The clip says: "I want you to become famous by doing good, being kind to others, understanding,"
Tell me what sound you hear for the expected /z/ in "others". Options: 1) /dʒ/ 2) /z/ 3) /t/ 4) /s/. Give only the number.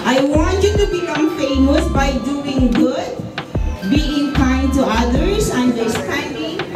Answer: 4